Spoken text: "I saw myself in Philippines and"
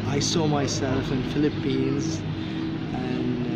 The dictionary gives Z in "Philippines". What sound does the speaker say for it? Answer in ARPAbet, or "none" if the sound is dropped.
Z